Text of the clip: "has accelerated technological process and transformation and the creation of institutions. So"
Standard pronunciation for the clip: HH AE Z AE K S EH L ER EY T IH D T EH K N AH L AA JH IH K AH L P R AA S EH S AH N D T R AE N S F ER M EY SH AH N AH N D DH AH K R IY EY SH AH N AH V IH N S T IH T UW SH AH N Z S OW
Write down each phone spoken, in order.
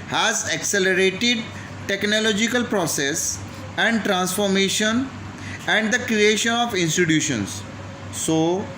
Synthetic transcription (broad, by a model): HH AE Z AE K S EH L ER EY T IH D T EH K N AH L AA JH IH K AH L P R AA S EH S AH N D T R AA N S F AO M EY SH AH N AH N D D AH K R IY EY SH AH N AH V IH N S T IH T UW SH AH N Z S OW